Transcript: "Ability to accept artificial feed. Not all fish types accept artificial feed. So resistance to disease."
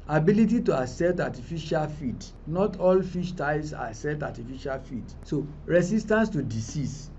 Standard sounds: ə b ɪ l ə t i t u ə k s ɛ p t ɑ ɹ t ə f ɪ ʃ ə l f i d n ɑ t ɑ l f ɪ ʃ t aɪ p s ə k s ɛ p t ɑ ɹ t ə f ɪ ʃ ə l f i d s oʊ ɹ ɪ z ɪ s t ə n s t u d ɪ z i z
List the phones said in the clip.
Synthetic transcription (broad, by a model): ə b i l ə t i t u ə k s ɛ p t ɑ t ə f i ʃ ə l f i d n ɑ t ɑ l f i ʃ t aɪ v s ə s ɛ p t ɑ t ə f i ʃ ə l f i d s oʊ ɹ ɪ s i s t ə n s t u d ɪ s i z